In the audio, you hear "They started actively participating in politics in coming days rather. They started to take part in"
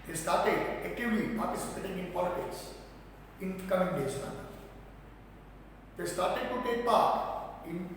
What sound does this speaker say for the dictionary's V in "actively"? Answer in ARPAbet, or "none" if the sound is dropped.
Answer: none